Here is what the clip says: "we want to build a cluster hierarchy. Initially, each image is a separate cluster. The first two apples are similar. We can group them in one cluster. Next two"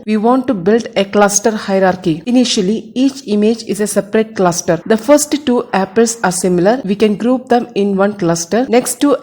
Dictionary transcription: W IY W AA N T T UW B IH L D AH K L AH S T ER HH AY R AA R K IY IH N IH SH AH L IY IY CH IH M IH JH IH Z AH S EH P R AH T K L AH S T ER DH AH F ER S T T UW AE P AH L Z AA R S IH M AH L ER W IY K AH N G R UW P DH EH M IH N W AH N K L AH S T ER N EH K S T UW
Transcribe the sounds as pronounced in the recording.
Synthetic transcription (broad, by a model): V IY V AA N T T UW B IH L D AH K L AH S T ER HH AY R AA R K IY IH N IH SH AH L IY IY CH IH M IH JH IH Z AH S EH P R AH T K L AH S T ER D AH F ER S T T UW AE P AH L S AA R S IH M AH L ER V IY K AH N G R UW P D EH M IH N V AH N K L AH S T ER N EH K S T UW